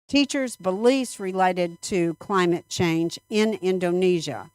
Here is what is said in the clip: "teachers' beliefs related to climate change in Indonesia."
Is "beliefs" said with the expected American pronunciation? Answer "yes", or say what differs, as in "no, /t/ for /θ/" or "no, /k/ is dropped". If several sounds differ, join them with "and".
no, /f/ is dropped